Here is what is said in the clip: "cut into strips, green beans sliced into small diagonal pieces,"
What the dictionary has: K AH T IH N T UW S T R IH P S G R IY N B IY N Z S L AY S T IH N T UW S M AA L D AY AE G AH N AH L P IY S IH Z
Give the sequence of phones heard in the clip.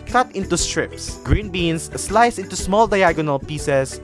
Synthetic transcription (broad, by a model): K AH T IH N T UW S T R IH P S G R IY N B IY N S S L AY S IH N T UW S M AA L D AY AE G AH N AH L P IY S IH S